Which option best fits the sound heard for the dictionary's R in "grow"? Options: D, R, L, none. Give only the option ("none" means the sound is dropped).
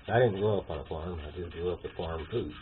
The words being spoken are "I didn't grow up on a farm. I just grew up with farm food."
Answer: none